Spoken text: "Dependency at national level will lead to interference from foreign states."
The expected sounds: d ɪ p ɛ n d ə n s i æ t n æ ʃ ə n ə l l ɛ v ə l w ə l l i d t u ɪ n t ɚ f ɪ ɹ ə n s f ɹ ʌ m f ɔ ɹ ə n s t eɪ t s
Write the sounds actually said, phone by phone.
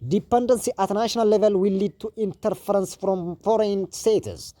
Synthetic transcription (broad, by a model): d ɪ p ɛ n d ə n s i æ t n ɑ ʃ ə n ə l l ɛ v ə l w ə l l i d t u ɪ n t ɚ f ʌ ɹ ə n s f ɹ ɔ m f ɔ ɹ ə n s t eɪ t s